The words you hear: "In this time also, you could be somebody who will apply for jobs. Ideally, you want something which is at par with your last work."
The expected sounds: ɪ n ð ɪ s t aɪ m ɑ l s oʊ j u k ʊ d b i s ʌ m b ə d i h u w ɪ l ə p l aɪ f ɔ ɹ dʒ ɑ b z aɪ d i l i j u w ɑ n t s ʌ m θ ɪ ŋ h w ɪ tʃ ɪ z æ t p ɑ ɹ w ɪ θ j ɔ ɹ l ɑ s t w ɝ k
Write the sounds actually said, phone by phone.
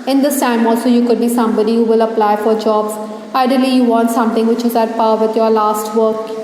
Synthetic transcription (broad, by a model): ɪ n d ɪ s t aɪ m ɑ l s oʊ j u k ʊ d b i s ʌ m b ə d i h u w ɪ l ə p l aɪ f ɔ ɹ dʒ ɑ b z aɪ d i l i j u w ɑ n t s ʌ m t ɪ ŋ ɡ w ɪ tʃ ɪ z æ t p ɑ ɹ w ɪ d j ɔ ɹ l ɑ s t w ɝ k